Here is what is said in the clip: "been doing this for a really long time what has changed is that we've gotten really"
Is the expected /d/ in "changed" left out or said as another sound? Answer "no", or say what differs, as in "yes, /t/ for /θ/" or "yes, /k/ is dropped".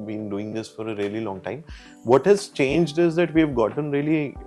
no